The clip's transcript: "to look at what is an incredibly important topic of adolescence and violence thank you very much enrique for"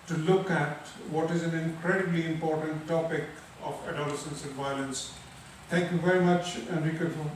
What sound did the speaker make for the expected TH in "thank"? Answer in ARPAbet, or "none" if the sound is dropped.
T